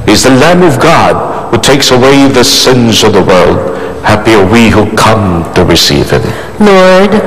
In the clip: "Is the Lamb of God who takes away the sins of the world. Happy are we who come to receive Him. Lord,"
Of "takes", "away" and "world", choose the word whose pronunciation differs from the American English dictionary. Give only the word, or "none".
none